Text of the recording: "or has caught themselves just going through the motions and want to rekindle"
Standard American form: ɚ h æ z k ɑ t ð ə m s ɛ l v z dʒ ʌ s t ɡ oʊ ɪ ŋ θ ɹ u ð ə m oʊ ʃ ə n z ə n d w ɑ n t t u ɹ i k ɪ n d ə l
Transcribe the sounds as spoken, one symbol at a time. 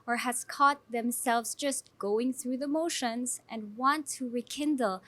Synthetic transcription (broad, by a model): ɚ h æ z k ɑ t ð ə m s ɛ l v z dʒ ʌ s t ɡ oʊ ɪ ŋ θ ɹ u ð ə m oʊ ʃ ə n z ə n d w ɑ n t t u ɹ i k ɪ n d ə l